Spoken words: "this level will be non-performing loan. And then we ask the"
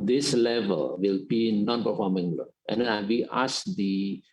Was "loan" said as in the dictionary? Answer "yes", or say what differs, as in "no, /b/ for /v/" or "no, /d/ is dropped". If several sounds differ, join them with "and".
no, /n/ is dropped